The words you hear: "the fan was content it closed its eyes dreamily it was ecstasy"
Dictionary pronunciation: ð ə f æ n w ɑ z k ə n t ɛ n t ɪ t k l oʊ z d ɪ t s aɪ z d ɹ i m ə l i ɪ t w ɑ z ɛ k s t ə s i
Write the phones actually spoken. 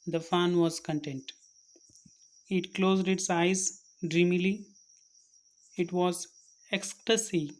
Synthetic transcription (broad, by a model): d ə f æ n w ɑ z k ə n t ɛ n t ɪ t k l oʊ z d ɪ t s aɪ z d ɹ i m ə l i ɪ t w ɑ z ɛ k s t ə s i